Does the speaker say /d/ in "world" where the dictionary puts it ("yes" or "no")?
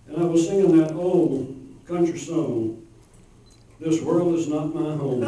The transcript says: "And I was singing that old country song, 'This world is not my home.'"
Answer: yes